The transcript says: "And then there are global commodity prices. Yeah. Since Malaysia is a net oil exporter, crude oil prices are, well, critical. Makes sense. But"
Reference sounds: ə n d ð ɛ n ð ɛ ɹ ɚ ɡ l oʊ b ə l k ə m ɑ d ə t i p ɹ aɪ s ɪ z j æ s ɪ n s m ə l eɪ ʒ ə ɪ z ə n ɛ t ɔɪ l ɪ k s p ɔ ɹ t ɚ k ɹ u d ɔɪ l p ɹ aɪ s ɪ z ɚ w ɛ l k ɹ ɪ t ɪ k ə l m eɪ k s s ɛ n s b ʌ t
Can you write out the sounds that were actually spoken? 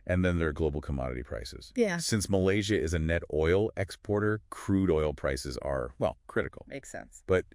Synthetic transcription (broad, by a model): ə n ð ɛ n ð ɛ ɹ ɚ ɡ l oʊ b l k ə m ɑ d ə t i p ɹ aɪ s ɪ z j æ s ɪ n s m ə l eɪ ʒ ə ɪ z ə n ɛ t ɔɪ l ɪ k s p ɔ ɹ t ɚ k ɹ u d ɔɪ l p ɹ aɪ s ɪ z ɚ w ɛ l k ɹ ɪ t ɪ k l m eɪ k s s ɛ n s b ʌ t